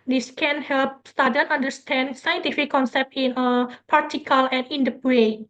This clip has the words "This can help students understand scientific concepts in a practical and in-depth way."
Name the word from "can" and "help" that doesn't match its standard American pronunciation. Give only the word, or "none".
none